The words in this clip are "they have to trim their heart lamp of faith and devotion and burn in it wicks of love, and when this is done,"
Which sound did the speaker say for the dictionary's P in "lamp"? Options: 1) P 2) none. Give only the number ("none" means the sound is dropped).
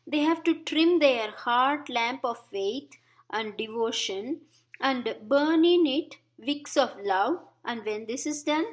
1